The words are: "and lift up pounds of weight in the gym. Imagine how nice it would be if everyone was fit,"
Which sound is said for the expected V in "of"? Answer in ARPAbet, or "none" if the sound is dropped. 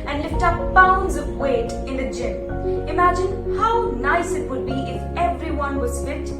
V